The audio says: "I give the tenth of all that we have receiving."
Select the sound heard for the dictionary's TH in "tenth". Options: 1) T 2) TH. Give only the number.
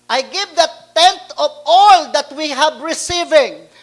1